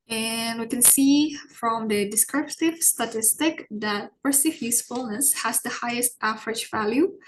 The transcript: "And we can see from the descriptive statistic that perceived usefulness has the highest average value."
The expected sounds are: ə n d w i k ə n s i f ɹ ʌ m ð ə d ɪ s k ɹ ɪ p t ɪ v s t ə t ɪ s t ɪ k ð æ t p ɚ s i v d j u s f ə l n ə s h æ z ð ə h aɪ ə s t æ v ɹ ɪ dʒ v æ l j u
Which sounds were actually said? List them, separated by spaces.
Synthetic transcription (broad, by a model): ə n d w i k ə n s i f ɹ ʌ m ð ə d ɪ s k ɹ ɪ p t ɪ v s t ə t ɪ s t ɪ k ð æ t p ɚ s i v j u s f ə l n ə s h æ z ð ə h aɪ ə s t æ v ɹ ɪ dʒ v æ l j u